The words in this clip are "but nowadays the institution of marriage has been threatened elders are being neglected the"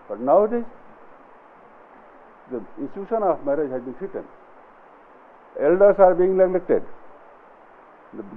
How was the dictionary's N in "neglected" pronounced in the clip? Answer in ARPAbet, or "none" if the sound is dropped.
L